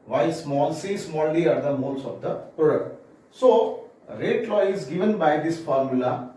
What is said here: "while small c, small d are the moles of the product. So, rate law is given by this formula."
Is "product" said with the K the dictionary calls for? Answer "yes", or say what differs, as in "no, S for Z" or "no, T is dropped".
no, K is dropped